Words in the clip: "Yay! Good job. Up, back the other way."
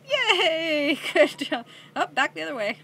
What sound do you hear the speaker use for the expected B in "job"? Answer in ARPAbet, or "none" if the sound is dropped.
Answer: none